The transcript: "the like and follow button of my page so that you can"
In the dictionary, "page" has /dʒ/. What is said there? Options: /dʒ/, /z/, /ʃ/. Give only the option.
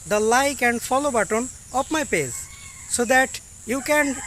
/z/